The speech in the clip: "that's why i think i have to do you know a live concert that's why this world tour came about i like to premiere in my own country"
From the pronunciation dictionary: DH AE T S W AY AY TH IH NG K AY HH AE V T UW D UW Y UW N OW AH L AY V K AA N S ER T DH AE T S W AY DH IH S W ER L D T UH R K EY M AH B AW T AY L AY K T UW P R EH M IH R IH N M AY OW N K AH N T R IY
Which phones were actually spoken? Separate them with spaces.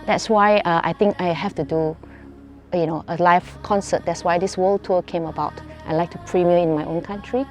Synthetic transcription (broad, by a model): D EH T S W AY AY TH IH NG K AY HH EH F T UW D UW Y UW N OW AH L AY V K AA N S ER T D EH T S W AY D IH S W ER L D T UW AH K EY M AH B AW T AY L AY K T UW P R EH M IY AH IH N M AY OW N K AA N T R IY